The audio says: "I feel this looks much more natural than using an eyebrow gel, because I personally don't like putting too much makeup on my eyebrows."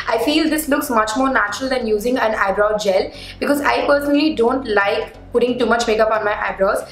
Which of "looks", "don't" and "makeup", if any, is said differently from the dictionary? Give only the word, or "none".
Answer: none